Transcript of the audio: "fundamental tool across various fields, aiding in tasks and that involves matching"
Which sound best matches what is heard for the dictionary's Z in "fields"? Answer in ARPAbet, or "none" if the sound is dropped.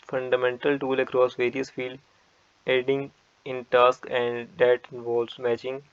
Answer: none